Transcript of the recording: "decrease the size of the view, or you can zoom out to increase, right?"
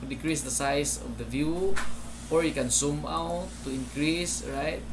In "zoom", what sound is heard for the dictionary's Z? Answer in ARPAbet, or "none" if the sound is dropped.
S